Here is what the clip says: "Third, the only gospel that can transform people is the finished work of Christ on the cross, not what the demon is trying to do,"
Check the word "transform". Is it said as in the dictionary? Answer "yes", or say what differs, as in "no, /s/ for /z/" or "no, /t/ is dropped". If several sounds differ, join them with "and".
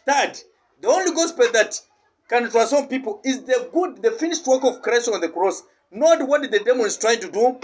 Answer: no, /n/ is dropped and /f/ is dropped